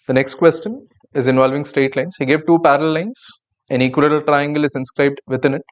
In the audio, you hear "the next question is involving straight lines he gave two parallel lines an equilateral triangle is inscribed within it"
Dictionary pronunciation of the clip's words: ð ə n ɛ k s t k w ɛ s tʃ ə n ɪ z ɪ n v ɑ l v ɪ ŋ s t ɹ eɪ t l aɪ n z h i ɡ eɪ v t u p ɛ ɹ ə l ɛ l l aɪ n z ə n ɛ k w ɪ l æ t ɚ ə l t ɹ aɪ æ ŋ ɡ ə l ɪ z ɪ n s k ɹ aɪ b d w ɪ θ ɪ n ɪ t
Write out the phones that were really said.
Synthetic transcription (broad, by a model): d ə n ɛ k s t k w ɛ s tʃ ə n ɪ z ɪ n v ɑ l v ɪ ŋ s t eɪ t l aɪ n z h i ɡ eɪ v t u p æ ɹ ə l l l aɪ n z ə n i k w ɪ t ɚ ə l t ɹ aɪ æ ŋ ɡ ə l ɪ z ɪ n s k ɹ aɪ b d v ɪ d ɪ n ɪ t